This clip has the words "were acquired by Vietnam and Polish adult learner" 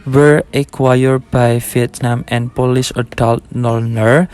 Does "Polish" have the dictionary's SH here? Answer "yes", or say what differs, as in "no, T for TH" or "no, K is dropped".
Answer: no, S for SH